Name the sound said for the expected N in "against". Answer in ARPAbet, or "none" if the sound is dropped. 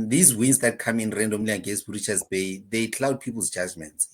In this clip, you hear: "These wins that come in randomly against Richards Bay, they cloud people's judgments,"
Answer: none